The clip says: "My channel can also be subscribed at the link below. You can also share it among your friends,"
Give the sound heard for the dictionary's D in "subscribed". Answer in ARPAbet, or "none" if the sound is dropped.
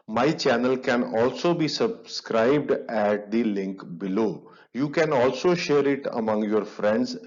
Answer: D